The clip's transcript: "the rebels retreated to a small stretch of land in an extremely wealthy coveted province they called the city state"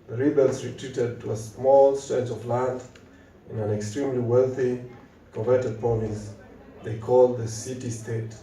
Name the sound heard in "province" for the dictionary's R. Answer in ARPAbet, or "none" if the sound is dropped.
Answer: none